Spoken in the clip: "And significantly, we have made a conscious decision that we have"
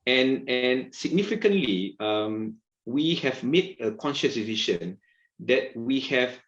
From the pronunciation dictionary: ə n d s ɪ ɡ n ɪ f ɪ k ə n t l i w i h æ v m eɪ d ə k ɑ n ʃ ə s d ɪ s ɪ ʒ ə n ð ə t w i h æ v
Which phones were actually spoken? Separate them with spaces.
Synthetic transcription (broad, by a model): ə n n s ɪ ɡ n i f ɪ k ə n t l i w i h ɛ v m eɪ d ə k ɑ n ʃ ə s d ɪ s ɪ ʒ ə n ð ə t w i h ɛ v